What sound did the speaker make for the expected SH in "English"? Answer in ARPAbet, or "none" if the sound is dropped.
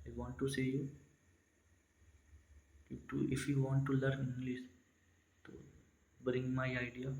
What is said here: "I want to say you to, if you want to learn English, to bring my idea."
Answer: S